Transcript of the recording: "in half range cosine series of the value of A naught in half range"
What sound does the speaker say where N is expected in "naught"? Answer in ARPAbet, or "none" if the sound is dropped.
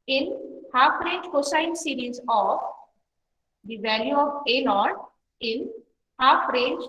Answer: L